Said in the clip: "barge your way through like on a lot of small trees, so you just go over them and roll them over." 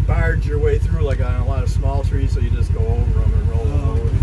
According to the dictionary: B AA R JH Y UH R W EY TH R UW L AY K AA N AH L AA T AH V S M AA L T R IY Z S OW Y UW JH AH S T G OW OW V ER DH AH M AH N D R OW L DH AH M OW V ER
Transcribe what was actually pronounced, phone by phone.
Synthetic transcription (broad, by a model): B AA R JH Y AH R W EY TH R UW L AY K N AH L AA T AH V S M AA L T R IY Z S OW Y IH JH AH S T G OW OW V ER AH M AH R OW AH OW